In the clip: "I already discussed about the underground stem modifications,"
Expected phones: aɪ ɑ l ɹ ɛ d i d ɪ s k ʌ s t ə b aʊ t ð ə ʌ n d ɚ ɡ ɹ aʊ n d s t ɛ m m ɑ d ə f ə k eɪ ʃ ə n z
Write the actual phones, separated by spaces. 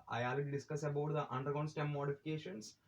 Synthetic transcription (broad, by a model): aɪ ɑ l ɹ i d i d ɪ s k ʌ s ə b aʊ t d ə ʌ n d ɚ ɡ aʊ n s t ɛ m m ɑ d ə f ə k eɪ ʃ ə n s